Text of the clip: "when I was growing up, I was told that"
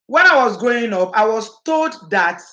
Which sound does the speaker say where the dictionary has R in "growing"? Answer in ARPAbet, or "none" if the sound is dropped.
none